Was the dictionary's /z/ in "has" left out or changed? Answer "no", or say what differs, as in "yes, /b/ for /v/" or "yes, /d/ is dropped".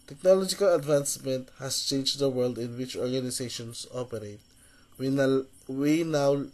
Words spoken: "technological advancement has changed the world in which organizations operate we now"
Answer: yes, /s/ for /z/